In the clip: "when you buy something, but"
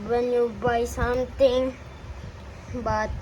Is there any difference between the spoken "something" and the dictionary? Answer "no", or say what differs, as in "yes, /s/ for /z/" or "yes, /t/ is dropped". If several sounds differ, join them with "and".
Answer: yes, /t/ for /θ/